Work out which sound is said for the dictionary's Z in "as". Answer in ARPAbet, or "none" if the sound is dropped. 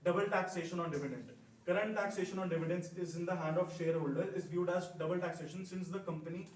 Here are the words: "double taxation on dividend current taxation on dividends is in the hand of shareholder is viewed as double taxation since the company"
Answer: Z